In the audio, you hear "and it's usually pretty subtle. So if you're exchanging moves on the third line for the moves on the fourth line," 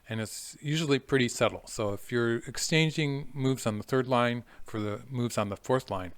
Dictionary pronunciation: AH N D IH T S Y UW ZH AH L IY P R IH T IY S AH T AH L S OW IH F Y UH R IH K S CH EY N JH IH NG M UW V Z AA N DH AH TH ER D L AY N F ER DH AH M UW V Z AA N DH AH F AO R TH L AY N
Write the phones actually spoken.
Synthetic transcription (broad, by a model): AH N IH T S Y UW ZH L IY P R IH T IY S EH T L S OW IH F Y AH R IH K S CH EY N JH IH NG M UW V Z N DH AH TH ER D L AY N F ER DH AH M UW V Z N DH AH F AO R TH L AY N